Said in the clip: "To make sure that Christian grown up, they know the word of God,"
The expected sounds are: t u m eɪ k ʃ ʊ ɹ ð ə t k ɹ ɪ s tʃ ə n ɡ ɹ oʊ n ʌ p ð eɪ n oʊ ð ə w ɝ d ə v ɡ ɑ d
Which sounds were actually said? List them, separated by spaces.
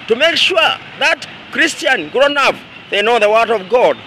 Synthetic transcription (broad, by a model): t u m eɪ k ʃ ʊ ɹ ð ə t k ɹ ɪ s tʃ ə n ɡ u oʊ n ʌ f ð eɪ n oʊ ð ə w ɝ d ə v ɡ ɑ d